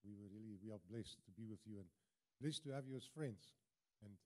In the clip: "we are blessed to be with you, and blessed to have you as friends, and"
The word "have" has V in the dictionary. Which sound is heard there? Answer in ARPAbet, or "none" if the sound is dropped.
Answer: V